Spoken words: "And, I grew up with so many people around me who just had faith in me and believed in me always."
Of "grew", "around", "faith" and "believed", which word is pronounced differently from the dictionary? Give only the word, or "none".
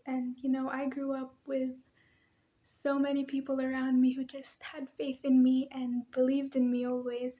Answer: none